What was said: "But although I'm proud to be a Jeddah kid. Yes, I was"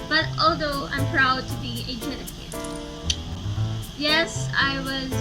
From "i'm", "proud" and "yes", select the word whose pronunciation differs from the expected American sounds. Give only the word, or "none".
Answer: none